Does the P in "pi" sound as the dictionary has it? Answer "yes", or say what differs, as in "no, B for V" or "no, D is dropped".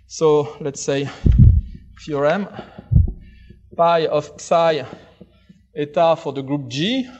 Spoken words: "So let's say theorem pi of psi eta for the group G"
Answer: yes